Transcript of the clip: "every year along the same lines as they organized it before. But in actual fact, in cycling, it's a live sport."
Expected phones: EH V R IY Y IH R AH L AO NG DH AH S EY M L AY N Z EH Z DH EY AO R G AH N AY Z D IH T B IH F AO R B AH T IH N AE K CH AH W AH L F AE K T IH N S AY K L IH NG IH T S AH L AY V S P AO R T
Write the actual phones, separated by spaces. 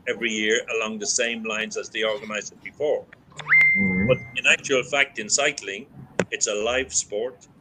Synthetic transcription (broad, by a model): EH V R IY Y IH R AH L AO NG DH AH S EY M L AY N Z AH Z DH EY AO R G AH N AY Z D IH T B IH F AO R B AH T IH N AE K CH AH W AH L F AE K T IH N S AY K L IH NG IH T S AH L AY V S P AO R T